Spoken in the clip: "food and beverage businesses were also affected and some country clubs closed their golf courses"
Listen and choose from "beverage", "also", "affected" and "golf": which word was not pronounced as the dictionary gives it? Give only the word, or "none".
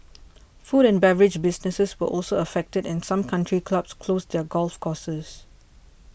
none